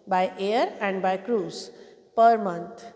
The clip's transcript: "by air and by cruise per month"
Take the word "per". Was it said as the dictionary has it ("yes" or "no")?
yes